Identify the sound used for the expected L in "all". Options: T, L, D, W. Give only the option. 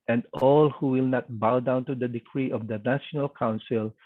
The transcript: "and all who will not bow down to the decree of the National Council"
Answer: L